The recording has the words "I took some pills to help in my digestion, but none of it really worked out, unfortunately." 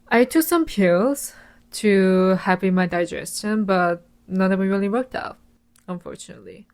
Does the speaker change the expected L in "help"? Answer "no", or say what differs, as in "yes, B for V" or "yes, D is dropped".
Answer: yes, L is dropped